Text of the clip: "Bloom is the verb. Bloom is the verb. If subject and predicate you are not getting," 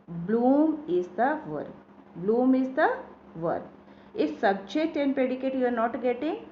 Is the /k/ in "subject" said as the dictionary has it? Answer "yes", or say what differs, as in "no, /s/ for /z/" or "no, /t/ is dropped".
no, /k/ is dropped